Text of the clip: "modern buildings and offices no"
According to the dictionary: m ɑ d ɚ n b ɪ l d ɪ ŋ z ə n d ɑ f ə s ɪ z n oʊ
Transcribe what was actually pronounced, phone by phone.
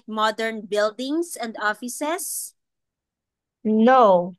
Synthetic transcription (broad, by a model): m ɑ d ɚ n b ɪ l d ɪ ŋ s ə n d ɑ f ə s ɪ s n oʊ